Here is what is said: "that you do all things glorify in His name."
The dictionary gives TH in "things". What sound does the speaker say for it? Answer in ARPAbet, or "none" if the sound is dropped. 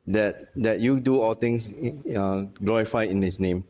T